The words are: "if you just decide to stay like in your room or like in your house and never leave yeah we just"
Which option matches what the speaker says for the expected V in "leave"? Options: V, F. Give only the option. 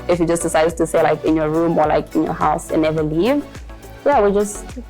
V